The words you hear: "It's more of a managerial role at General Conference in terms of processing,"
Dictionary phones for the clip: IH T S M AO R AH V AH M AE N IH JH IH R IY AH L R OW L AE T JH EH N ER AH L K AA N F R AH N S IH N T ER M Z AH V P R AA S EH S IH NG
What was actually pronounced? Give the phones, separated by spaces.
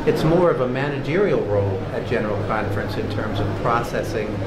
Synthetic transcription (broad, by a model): IH T S M AO R AH V AH M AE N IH JH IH R IY L R OW L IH T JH EH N ER L K AA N F R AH N S IH N T ER M Z AH V P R AA S EH S IH NG